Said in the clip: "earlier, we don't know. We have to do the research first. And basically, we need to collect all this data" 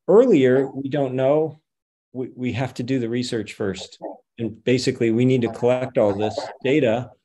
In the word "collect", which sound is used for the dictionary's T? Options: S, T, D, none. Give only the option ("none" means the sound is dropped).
T